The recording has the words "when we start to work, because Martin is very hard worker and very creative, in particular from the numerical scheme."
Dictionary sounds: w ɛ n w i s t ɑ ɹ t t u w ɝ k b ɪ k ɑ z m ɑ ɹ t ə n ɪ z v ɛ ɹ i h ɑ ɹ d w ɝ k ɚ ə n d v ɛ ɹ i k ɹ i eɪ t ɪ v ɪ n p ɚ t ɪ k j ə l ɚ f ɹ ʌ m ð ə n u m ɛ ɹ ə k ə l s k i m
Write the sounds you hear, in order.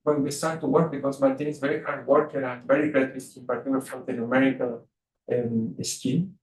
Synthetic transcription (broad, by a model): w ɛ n w i s t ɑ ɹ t t u w ɝ k b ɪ k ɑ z m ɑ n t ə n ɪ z v ɛ ɹ i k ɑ w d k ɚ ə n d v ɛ ɹ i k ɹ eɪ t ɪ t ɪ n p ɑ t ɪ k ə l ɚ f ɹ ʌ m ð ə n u m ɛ ɹ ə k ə l s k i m